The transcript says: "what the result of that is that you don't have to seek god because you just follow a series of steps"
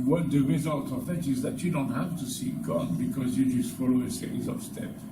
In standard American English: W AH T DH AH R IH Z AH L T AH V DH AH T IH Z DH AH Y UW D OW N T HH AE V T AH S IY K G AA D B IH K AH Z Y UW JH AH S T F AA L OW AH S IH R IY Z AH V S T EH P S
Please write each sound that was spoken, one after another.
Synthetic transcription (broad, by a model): W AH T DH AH R IH Z AH L T AH V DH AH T IH Z DH AH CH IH D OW N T HH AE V T AH S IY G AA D B IH K AH Z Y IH JH AH S T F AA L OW AH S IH IY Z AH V S T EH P